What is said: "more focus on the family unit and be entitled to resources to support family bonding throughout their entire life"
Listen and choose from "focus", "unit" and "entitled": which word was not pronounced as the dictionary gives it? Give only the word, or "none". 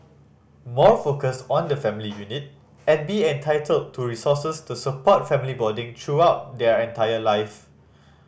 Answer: none